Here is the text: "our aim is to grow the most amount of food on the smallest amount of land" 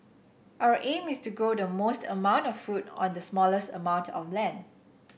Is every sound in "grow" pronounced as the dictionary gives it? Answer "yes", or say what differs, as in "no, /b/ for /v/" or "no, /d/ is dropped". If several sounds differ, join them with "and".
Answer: no, /ɹ/ is dropped